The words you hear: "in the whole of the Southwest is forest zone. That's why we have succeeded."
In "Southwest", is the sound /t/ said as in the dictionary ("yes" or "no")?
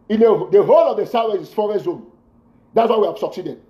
no